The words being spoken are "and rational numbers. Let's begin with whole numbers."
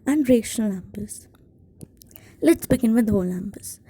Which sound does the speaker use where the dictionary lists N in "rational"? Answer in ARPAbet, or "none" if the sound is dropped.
none